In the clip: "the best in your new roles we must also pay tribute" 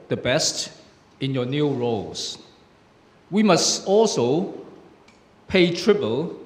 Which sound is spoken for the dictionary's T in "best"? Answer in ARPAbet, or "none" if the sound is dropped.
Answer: T